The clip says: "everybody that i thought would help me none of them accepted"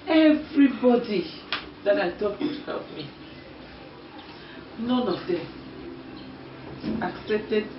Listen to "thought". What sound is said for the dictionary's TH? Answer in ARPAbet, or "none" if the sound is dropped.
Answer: T